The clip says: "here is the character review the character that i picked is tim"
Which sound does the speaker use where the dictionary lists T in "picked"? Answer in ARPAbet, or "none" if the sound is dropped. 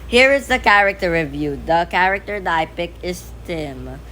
none